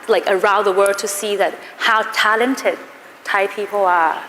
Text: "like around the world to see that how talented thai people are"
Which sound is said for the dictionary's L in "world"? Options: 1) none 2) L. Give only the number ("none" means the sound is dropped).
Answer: 1